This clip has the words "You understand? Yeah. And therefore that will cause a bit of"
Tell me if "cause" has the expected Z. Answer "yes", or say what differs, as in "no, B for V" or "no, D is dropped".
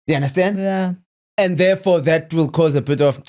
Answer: yes